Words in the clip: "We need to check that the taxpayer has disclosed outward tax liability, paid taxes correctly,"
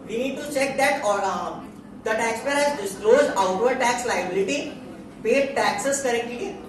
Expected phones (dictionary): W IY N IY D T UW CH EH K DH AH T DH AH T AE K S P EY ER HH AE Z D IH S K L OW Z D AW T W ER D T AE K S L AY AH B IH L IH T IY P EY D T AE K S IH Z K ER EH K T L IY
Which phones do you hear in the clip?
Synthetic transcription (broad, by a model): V IY N IY D T UW CH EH K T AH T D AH T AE K S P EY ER HH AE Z D IH S K L OW Z D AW T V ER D T AE K S L AY AH B IH L IH T IY P EY D T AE K S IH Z K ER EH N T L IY